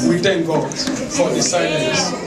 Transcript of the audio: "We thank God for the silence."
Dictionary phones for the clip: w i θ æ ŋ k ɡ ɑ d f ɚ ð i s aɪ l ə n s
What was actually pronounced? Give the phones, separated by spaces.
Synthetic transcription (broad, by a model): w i t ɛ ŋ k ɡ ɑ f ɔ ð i s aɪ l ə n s